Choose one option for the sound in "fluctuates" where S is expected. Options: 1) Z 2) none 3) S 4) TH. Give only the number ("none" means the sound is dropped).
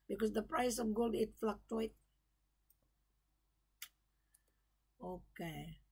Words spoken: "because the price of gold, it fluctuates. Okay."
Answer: 2